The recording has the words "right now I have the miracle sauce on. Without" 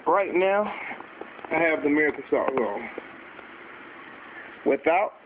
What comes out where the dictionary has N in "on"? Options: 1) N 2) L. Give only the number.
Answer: 2